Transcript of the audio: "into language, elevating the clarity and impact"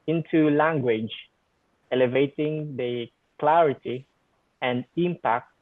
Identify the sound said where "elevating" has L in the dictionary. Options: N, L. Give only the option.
L